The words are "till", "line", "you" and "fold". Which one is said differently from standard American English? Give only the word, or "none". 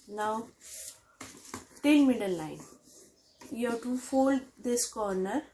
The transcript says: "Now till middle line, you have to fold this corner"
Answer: till